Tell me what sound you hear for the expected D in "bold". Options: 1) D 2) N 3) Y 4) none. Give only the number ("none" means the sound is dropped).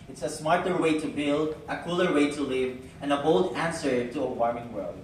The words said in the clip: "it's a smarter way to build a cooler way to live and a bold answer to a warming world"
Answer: 1